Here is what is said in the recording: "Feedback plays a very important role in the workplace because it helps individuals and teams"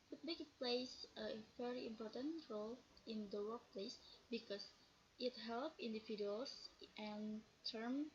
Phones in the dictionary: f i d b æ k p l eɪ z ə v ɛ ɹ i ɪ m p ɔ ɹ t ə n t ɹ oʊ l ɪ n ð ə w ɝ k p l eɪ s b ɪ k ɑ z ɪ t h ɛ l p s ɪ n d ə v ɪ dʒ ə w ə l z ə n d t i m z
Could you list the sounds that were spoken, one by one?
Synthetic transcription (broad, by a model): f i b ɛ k p l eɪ s ə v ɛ ɹ i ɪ m p ɔ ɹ t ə n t ɹ oʊ l ɪ n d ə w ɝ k p l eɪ s b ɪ k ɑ s ɪ t h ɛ l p ɪ n d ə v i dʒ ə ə l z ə n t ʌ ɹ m